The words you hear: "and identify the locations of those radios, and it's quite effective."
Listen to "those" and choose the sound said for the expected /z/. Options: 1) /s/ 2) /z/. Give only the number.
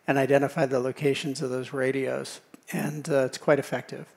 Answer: 2